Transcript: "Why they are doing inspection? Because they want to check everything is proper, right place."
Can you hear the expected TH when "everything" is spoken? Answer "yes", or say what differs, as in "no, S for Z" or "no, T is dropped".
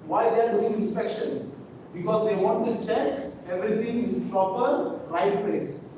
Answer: no, T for TH